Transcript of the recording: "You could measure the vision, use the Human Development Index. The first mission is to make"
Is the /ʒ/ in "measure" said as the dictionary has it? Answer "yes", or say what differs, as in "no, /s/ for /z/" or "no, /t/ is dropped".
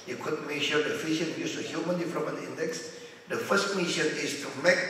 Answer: no, /ʃ/ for /ʒ/